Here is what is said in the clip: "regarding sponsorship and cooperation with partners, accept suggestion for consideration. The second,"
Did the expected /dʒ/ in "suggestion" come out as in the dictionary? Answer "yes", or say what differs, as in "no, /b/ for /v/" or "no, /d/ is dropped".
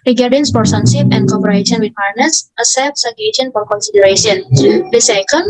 no, /dʒ/ is dropped